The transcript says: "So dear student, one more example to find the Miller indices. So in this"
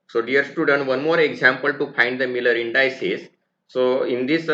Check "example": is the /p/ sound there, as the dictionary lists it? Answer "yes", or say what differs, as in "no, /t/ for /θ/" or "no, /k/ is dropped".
yes